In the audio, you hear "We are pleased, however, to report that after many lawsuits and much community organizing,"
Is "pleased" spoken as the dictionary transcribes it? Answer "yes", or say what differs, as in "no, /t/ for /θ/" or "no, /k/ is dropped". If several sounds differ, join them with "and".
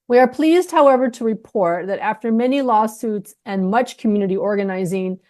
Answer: yes